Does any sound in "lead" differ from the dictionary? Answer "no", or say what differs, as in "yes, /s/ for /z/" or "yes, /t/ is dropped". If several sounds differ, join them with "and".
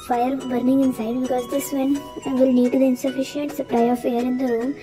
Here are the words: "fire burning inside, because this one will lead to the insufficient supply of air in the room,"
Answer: yes, /n/ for /l/